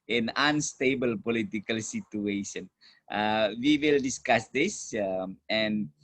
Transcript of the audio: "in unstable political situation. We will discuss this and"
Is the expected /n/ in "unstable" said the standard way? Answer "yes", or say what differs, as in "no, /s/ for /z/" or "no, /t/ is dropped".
yes